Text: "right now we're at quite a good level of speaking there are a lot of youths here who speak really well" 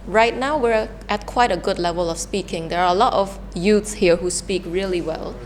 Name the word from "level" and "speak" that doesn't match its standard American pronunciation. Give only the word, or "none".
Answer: none